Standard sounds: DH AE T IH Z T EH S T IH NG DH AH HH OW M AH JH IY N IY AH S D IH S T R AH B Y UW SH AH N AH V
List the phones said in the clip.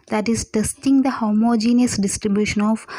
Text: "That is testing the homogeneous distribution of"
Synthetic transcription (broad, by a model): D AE T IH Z T EH S T IH NG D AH HH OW M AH JH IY N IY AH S D IH S T R AH B Y UW SH AH N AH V